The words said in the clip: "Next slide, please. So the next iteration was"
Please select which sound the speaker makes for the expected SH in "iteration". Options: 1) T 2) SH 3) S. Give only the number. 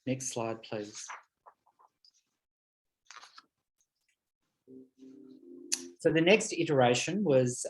2